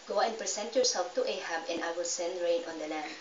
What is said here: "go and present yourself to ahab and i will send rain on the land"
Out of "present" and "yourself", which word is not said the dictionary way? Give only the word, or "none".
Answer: present